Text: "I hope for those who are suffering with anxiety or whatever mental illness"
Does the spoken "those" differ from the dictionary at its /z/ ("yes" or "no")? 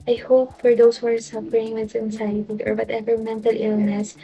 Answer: yes